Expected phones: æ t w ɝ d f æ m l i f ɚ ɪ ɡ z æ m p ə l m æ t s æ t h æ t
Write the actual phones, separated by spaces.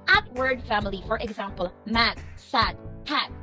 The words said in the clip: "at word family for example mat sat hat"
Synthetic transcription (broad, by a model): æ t w ɝ d f æ m l i f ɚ ɪ ɡ z æ m p ə l m æ t s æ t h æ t